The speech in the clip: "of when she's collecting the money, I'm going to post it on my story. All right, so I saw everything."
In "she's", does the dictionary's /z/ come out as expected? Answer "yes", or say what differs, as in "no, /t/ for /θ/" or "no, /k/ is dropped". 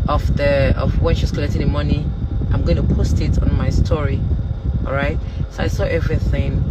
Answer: no, /s/ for /z/